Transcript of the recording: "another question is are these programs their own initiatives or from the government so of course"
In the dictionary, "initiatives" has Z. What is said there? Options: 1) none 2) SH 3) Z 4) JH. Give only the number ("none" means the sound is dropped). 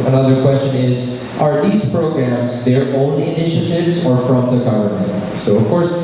3